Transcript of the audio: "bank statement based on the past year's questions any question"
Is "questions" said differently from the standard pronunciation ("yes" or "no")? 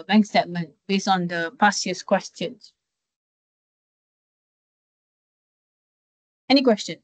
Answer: yes